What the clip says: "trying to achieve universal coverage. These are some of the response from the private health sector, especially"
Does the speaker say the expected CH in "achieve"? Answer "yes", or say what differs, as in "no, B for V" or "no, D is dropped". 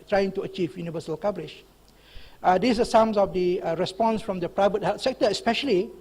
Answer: yes